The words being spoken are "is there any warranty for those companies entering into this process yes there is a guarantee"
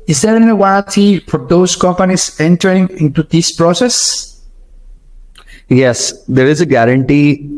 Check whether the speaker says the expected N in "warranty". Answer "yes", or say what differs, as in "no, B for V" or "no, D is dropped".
no, N is dropped